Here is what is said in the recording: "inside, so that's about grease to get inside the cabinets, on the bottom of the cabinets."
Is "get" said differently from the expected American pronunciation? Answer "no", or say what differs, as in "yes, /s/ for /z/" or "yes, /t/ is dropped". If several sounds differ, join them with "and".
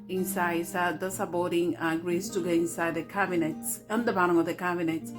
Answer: yes, /t/ is dropped